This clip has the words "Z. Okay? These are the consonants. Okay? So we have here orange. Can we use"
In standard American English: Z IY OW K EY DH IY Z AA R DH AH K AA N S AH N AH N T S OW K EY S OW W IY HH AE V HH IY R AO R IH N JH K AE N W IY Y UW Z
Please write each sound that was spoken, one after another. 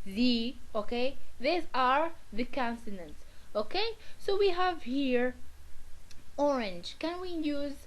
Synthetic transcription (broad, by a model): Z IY OW K EY DH IY Z AA R DH AH K AA N S AH N AH N T S OW K EY S OW W IY HH AE V HH IY R AO R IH N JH K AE N W IY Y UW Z